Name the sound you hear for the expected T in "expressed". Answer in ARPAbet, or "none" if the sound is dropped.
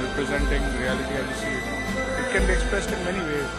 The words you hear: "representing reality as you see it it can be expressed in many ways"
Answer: T